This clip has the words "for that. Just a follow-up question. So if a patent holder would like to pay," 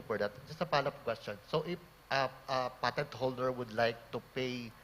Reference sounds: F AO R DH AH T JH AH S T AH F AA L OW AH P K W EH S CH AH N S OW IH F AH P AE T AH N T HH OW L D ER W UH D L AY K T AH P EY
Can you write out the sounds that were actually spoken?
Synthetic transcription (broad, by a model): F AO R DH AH T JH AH S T AH P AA L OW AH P K W EH S CH AH N S OW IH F AH P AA T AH N T HH OW L D ER W UH D L AY K T AH P EY